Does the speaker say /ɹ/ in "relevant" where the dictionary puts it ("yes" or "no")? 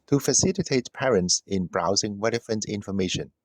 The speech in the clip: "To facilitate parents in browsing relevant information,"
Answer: no